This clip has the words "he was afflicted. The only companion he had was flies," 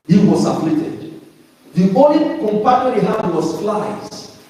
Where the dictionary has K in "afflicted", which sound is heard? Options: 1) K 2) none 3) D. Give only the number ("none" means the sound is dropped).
2